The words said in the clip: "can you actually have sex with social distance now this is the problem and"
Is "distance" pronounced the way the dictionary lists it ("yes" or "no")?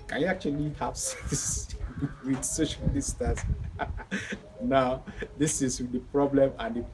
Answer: no